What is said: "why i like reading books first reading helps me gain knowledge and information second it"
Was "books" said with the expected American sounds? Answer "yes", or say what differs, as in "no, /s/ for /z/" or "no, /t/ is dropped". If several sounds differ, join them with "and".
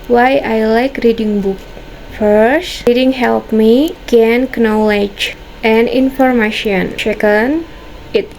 no, /s/ is dropped